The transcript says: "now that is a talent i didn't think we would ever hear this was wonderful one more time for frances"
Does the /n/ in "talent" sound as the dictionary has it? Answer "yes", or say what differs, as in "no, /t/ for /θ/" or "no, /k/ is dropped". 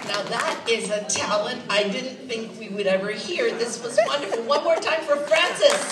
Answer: yes